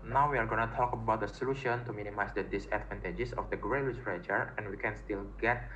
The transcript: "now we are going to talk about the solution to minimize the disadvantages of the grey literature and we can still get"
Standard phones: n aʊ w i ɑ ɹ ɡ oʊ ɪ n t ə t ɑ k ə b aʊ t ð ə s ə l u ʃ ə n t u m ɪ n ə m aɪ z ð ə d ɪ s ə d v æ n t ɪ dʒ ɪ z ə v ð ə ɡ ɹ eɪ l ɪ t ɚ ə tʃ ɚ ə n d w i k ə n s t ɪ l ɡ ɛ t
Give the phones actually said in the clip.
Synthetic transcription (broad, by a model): n aʊ w i ɑ ɹ ɡ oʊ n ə t ɑ k ə b aʊ t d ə s ə l u ʃ ə n t u m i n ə m aɪ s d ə d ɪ s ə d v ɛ n t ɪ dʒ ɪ s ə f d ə ɡ ɹ eɪ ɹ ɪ s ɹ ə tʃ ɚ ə n w i k ə n s t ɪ l ɡ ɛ t